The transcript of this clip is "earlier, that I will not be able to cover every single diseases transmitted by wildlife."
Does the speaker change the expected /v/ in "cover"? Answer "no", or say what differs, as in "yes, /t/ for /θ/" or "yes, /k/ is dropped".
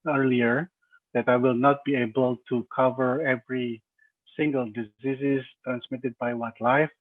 no